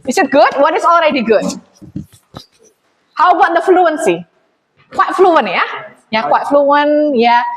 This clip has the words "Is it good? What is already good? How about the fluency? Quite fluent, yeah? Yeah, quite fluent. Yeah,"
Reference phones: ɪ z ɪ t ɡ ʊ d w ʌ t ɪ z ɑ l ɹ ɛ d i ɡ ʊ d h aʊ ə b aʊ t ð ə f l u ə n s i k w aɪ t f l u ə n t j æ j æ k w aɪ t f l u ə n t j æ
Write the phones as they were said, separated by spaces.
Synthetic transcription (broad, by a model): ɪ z ɪ t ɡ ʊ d w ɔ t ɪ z ɑ l ɹ ɛ d i ɡ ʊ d h aʊ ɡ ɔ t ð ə f l u ə n s i k w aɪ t f l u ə n j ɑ j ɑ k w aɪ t f l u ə n j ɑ